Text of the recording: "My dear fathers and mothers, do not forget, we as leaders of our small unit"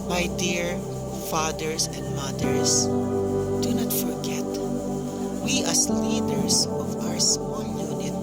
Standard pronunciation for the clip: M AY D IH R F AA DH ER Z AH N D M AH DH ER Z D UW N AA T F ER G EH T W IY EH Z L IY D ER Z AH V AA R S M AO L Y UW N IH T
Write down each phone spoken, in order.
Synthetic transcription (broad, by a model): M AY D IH R F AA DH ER S AH N D M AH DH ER S D UW N AA T F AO G EH T W IY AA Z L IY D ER S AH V AA R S AO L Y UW N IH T